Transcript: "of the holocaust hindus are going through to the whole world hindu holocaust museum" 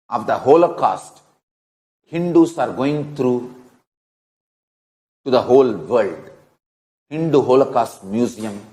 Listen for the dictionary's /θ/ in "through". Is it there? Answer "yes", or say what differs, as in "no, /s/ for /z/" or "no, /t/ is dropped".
no, /t/ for /θ/